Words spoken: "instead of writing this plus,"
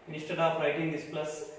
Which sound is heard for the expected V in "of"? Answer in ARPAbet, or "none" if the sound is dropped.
P